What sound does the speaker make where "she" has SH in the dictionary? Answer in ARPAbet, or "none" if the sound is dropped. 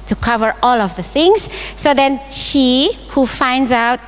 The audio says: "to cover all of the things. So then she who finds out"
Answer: SH